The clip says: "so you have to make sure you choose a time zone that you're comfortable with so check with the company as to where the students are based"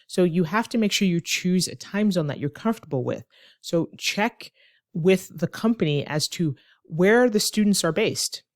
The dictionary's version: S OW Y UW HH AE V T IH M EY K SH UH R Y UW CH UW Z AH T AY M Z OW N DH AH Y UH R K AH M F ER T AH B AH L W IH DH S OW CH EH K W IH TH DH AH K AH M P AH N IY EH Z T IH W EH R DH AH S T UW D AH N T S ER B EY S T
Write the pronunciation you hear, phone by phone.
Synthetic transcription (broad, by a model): S OW Y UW HH AE F T IH M EY K SH UH R Y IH CH UW Z AH T AY M Z OW N DH AH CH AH R K AH M F T AH B L W IH DH S OW CH EH K W IH DH AH K AH M P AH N IY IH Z T IH W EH R DH AH S T UW D N T S ER B EY S T